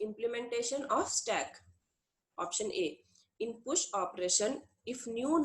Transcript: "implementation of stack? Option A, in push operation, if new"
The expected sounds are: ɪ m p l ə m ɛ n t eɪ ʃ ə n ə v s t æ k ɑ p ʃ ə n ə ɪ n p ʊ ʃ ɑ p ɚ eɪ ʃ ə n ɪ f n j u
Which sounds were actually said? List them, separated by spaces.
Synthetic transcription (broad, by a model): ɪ m p l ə m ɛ n t eɪ ʃ ə n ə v s t æ k ɑ p ʃ ə n ə ɪ n p ʊ ʃ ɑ p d eɪ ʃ ə n ɪ f n j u